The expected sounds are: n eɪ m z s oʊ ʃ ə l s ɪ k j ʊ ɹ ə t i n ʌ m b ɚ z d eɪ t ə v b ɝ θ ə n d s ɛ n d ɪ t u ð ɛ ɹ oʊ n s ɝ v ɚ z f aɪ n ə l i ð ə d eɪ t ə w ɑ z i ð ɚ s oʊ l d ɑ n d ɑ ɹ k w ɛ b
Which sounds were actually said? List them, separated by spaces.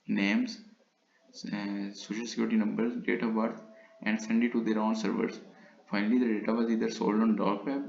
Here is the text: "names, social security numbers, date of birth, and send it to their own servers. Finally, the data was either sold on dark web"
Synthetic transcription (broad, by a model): n eɪ m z s oʊ ʃ ə l s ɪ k j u ɹ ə t i n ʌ m b ɚ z d eɪ t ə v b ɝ t ə n d s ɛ n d ɪ t u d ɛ ɹ oʊ n s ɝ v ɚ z f aɪ n ə l i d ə d eɪ t ə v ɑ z i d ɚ s oʊ l d ɑ n d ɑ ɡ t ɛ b